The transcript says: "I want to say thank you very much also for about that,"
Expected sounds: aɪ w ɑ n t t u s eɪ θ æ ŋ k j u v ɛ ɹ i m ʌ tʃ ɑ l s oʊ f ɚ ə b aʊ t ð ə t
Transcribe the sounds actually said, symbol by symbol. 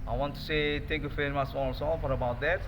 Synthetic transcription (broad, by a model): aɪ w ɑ n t t u s eɪ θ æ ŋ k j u f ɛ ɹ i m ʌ s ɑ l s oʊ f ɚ ə b aʊ t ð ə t